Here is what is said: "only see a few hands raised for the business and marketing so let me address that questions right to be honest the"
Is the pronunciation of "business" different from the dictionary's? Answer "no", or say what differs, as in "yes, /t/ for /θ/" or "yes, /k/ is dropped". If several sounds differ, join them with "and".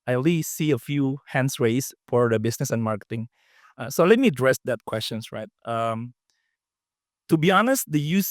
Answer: yes, /s/ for /z/